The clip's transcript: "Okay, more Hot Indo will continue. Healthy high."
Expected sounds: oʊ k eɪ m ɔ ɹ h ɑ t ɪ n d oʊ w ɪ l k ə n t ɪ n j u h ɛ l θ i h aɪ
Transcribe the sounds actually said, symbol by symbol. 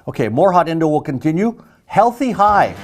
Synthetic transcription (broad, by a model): oʊ k eɪ m ɔ ɹ h ɑ t ɪ n d oʊ w ɪ l k ə n t ɪ n j u h ɛ l θ i h aɪ